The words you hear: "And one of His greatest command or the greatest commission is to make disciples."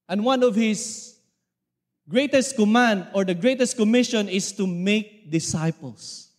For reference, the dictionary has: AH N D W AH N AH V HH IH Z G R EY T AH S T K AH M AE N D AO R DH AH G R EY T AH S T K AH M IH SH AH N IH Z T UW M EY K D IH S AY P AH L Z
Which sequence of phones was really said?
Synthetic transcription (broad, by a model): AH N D W AH N AH V HH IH S G R EY T AH S T K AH M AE N D AO R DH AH G R EY T AH S T K AH M IH SH AH N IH S T UW M EY K D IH S AY P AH L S